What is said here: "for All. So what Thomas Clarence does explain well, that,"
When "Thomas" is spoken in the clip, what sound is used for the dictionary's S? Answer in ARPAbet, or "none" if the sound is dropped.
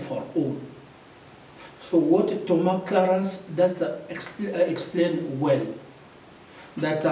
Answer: none